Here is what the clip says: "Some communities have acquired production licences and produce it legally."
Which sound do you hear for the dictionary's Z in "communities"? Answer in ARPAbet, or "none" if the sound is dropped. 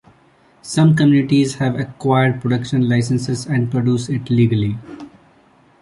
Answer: Z